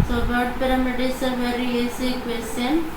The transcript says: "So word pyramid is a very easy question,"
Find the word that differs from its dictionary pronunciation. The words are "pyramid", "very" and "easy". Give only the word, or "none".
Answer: easy